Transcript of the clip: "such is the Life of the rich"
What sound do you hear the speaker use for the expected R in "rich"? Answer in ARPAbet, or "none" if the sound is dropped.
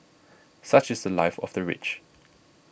R